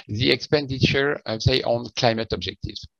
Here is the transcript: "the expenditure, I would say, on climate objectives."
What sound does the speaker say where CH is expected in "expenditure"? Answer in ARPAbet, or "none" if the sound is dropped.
CH